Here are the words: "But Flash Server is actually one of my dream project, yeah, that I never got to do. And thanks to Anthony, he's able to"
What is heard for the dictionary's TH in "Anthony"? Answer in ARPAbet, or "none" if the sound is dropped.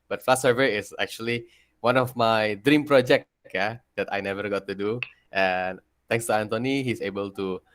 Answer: T